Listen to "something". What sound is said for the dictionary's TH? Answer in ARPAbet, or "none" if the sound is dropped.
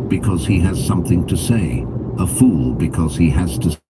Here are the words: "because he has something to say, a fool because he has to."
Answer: TH